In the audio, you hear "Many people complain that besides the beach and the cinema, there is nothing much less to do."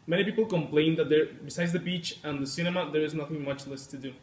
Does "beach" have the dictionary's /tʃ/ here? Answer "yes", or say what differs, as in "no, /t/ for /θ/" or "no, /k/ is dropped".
yes